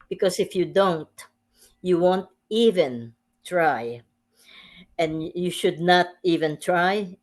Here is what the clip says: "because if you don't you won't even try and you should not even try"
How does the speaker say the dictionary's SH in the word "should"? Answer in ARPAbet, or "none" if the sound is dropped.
SH